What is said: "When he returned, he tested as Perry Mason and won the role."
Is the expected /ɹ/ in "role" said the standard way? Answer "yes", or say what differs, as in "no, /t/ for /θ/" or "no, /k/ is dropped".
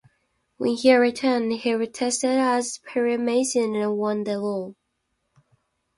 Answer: no, /l/ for /ɹ/